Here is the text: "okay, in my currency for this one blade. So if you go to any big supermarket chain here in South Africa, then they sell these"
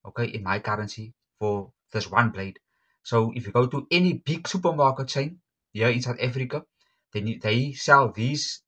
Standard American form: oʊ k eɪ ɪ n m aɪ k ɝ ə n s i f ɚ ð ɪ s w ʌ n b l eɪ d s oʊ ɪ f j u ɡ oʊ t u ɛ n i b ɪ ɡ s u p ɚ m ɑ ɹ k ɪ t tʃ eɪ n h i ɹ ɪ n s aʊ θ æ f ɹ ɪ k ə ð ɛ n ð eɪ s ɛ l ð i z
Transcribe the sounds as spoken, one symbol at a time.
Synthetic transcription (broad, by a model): oʊ k eɪ ɪ n m aɪ k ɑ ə n s i f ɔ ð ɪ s w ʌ n b l eɪ d s oʊ ɪ f j u ɡ oʊ t u ɛ n i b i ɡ s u p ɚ m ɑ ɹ k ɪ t tʃ eɪ n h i ɪ n s aʊ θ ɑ f ɹ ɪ k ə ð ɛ n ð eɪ s ɛ l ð i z